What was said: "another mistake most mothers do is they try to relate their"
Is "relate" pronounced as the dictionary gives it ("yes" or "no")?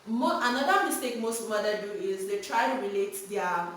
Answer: yes